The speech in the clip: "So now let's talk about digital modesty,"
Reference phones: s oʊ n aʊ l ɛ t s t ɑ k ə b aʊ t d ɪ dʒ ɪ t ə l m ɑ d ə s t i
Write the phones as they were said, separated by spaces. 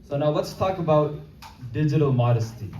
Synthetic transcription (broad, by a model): s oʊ n aʊ w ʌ t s t ɑ k ə b aʊ t d ɪ dʒ ɪ t ə l m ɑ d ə s t i